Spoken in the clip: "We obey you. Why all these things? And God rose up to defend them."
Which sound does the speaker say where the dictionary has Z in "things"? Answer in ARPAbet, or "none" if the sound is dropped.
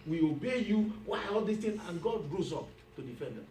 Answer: none